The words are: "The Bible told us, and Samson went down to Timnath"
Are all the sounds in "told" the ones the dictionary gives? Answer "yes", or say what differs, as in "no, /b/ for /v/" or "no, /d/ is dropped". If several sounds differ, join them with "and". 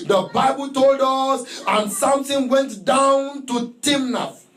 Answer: yes